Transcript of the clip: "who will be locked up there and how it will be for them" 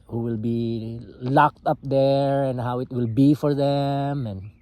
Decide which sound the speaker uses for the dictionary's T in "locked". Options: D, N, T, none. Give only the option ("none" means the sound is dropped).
T